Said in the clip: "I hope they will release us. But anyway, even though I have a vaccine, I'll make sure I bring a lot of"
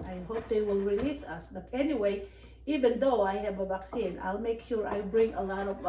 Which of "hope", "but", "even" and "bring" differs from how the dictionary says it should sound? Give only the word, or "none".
none